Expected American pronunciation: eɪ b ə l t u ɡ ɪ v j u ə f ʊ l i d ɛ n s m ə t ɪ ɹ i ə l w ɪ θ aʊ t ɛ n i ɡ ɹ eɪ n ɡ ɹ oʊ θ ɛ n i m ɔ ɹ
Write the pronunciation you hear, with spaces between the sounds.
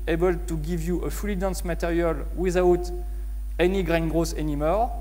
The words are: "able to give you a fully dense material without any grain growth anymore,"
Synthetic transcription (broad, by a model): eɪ b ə l t u ɡ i v j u ə f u l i d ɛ n s m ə t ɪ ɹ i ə l w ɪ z aʊ t ɛ n i ɡ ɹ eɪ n ɡ ɹ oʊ s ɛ n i m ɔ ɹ